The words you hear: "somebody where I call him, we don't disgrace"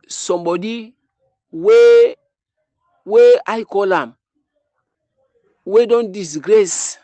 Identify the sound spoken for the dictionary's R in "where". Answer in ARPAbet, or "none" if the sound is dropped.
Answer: W